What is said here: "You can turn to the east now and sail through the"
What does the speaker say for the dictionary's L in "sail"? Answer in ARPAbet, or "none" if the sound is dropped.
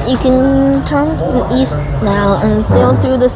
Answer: L